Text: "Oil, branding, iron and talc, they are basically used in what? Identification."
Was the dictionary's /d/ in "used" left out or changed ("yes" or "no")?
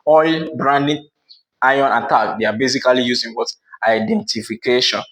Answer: yes